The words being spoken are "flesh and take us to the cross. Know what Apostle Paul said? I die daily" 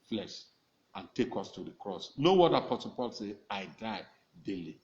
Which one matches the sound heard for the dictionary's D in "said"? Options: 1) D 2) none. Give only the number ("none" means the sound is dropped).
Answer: 2